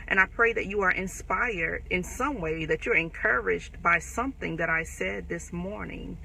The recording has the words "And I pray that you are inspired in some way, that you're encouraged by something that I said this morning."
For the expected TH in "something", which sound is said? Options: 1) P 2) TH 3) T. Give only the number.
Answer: 2